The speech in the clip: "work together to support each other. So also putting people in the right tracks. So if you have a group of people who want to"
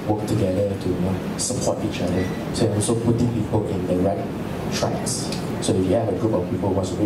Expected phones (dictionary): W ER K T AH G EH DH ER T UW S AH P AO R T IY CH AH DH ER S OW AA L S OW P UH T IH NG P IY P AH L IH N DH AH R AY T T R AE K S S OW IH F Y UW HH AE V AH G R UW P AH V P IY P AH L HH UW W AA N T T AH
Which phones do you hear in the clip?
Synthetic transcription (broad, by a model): W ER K T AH G EH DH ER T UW S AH P AO T IY CH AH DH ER S OW AA L S OW P UH T IH NG P IY P AH L IH N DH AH R AY T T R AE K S S OW IH F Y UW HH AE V AH G R UW P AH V P IY P AH L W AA T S